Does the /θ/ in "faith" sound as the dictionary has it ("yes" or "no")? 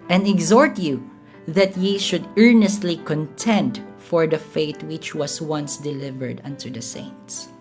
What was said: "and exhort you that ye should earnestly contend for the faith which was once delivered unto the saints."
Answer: no